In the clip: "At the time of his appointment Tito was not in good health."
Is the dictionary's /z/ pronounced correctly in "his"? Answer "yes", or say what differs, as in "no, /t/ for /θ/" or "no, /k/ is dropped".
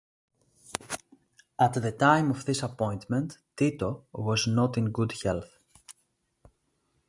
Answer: no, /s/ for /z/